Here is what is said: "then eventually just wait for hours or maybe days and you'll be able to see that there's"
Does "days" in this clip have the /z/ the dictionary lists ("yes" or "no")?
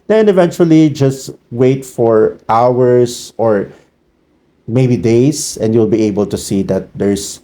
no